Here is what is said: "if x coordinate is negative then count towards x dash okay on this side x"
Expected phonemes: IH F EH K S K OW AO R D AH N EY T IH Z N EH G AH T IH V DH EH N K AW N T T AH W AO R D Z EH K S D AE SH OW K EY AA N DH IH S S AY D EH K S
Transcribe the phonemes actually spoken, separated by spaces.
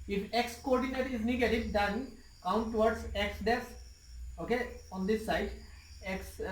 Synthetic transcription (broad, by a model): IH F EH K S K OW AO R D AH N EY T IH Z N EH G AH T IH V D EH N K AW N T T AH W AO R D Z EH K S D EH S OW K EY AA N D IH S S AY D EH K S